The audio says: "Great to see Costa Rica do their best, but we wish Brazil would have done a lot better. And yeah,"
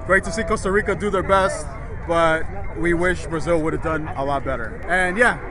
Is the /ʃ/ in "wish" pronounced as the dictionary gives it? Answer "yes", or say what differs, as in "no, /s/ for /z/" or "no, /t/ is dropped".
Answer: yes